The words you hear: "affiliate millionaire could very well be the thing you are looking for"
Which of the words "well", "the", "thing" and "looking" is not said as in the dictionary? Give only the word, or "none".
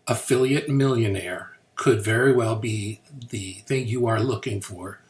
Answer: none